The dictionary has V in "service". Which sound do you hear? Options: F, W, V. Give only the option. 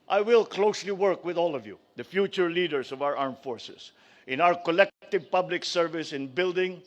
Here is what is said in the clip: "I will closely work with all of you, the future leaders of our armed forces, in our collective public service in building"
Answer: V